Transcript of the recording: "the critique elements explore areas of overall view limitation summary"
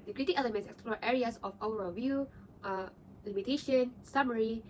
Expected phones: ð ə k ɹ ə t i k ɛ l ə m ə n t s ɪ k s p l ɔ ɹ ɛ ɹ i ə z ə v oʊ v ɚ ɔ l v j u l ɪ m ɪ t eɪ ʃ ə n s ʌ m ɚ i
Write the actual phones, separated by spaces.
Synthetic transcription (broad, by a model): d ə k ɹ ə t i k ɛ l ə m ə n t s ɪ k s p l ɔ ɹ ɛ ɹ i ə s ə f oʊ w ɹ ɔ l v j u l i m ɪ t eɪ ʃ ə n s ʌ m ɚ i